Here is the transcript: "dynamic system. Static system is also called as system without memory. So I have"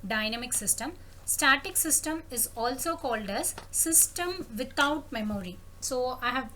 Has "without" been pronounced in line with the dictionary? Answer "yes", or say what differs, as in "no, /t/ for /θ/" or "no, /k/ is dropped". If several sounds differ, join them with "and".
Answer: no, /t/ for /θ/